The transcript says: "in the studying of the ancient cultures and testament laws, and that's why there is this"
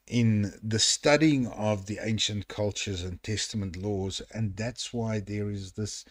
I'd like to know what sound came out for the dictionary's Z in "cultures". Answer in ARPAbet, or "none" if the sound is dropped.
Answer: Z